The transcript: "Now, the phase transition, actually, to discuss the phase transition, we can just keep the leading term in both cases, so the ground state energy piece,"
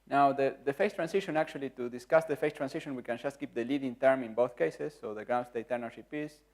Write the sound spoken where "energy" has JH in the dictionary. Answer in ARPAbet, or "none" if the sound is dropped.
SH